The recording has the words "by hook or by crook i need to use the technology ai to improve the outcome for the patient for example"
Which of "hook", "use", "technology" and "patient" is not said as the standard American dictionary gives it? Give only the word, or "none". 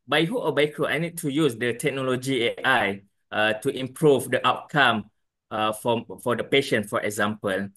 hook